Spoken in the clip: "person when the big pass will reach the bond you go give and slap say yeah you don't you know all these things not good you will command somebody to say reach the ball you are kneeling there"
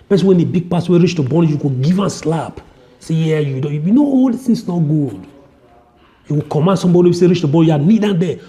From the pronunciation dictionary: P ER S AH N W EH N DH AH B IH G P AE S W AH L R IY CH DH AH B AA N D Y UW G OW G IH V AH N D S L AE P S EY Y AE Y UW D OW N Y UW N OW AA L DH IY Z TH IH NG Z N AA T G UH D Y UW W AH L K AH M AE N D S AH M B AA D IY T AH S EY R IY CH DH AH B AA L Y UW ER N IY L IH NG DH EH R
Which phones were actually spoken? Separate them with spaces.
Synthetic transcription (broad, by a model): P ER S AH W EH N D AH B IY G P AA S W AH R IY CH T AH B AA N Y UW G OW G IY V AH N S L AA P S EY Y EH Y UW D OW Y Y UW N OW AA L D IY TH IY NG S N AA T G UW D Y UW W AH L K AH M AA N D S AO M B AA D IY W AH S EY R IY CH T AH B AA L Y UW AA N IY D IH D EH